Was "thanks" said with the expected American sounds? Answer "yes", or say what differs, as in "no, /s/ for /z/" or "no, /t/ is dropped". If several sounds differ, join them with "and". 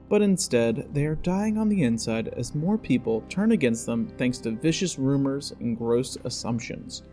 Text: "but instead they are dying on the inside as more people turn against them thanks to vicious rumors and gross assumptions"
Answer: yes